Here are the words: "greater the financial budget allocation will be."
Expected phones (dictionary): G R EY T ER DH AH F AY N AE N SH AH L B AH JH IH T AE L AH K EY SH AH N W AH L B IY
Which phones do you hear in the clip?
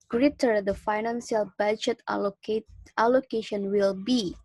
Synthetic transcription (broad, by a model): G R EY T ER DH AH F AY N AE N S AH L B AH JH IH T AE L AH K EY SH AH N W AH L B IY